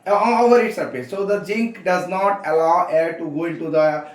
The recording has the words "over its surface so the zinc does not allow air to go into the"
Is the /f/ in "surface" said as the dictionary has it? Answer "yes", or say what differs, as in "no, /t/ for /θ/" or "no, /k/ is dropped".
no, /p/ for /f/